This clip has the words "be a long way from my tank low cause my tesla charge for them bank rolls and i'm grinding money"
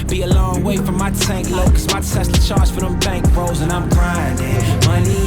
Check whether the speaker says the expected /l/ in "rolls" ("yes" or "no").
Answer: no